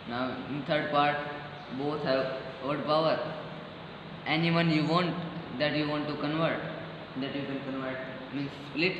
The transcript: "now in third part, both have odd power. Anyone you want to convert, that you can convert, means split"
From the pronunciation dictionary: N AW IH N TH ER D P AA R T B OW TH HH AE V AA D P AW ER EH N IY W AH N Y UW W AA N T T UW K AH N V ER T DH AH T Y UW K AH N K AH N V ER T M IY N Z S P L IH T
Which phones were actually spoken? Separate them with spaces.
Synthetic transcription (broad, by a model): N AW IH N T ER D P AA R T B OW T HH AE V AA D P AW ER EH N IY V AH N Y UW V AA N T T UW K AH N V ER T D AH T Y UW K AH N K AH N V ER T M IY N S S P L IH T